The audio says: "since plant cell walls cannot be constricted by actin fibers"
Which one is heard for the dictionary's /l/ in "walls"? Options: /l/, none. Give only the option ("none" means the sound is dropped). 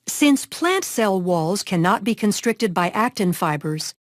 /l/